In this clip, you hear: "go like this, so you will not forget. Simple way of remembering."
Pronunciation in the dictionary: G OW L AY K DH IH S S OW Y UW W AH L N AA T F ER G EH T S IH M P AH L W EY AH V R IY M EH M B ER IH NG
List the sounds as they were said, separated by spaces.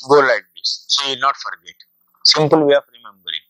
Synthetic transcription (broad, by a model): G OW L AY K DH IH S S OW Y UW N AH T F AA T G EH T S IH M P AH L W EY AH F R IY M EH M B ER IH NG